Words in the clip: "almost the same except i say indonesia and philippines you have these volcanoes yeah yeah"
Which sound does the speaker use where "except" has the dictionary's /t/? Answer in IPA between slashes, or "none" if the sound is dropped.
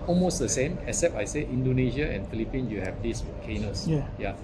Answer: none